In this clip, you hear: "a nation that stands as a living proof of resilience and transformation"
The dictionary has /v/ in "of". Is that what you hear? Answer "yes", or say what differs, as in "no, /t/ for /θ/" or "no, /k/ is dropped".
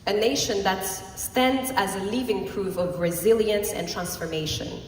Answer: yes